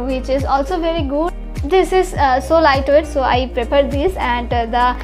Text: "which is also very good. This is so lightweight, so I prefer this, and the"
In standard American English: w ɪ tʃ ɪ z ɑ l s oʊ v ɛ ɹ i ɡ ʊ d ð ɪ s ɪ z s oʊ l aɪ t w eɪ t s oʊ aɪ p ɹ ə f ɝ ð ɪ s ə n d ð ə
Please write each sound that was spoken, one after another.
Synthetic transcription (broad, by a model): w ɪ tʃ ɪ z ɑ l s oʊ v ɛ ɹ i ɡ ʊ d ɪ s ɪ z s oʊ l aɪ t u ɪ t s oʊ aɪ p ɹ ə p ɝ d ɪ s ə n d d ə